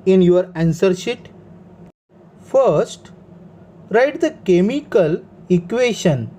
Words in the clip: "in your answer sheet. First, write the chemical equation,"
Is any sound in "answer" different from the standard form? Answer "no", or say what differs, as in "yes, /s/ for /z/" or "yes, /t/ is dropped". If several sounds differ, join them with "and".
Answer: no